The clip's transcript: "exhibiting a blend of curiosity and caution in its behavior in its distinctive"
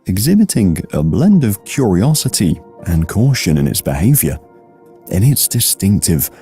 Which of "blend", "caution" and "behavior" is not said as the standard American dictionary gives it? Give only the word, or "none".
none